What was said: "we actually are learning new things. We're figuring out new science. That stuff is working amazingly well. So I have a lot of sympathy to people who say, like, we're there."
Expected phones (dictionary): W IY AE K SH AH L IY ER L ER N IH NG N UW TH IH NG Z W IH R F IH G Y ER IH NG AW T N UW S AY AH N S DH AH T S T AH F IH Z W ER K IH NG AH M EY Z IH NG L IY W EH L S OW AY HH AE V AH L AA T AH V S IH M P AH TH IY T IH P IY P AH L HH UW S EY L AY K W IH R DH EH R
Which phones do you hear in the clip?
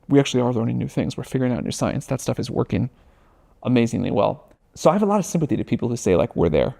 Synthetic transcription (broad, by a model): W IY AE K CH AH L IY ER L ER N IH NG N UW TH IH NG Z W IH R F IH G Y ER IH NG AW T N UW S AY AH N S DH AH T S T AH F IH Z W ER K IH NG AH M EY Z IH NG L IY W EH L S OW AY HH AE V AH L AA T AH V S IH M P AH TH IY T IH P IY P L HH UW S EY L AY K W IH R DH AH R